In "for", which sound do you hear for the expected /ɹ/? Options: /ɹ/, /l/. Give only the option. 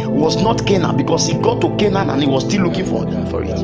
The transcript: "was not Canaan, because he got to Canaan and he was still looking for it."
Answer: /ɹ/